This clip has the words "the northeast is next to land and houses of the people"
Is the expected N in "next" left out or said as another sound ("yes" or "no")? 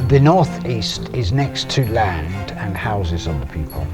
no